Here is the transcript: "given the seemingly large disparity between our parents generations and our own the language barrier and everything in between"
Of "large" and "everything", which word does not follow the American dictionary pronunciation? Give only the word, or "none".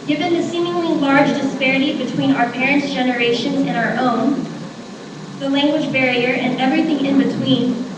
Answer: none